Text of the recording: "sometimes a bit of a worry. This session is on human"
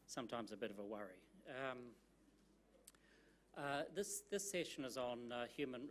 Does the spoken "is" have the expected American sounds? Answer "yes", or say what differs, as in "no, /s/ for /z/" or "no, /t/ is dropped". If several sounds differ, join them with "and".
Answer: yes